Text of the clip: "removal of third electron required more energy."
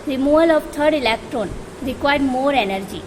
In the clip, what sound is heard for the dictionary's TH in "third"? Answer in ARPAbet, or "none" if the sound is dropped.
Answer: T